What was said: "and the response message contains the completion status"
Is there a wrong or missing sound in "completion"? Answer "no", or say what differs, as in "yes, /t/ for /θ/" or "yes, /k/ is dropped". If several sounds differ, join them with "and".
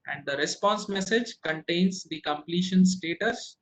no